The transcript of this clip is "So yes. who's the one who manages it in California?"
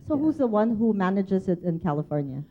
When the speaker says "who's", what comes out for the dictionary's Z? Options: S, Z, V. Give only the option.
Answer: Z